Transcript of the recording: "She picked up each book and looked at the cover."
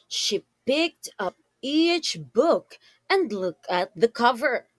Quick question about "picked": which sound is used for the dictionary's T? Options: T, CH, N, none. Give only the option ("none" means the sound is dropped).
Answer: T